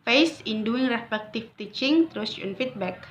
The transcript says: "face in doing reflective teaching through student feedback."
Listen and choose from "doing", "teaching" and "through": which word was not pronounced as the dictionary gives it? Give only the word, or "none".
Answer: through